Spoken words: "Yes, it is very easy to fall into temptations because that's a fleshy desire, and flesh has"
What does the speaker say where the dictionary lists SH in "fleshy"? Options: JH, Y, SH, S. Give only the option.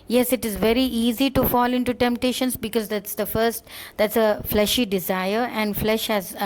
SH